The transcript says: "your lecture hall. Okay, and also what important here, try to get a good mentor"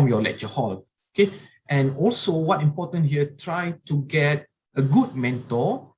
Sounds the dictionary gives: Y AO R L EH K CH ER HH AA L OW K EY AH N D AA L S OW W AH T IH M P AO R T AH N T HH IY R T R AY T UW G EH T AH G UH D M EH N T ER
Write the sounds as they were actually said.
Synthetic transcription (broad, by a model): Y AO L EH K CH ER HH AA L OW K EY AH N AA L S OW W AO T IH M P AO T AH N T HH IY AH T R AY T UW G EH T AH G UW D M EH N T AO